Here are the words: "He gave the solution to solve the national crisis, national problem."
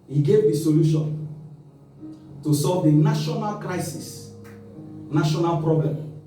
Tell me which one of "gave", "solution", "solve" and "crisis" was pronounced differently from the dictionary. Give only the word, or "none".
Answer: none